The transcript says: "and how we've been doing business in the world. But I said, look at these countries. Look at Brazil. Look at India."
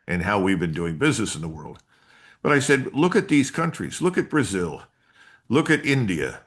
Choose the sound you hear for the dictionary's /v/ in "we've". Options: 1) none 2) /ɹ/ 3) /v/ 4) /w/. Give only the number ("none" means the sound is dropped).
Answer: 3